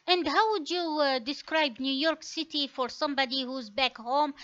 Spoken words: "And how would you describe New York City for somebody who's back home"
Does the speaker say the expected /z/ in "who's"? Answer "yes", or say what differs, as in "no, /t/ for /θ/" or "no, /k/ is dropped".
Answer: yes